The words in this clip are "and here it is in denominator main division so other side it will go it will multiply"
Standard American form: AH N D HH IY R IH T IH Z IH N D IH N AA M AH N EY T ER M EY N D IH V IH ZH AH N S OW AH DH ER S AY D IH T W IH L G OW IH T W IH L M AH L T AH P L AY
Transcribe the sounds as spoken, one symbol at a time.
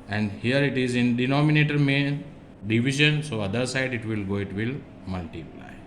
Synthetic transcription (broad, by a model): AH N D HH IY R IH T IH Z IH N D IH N AA M AH N EY T ER M EY N D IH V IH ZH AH N S OW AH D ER S AY D IH T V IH L G OW IH T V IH L M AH L T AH P L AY